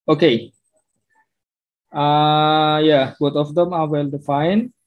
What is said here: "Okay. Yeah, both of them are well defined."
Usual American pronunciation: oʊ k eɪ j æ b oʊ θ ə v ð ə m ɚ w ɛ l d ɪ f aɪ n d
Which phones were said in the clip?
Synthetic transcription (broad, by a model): oʊ k eɪ j æ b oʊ t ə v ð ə m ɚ w ɛ l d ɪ f aɪ n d